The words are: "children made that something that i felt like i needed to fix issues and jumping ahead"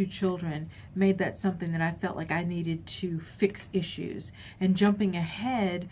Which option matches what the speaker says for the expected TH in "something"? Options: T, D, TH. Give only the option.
TH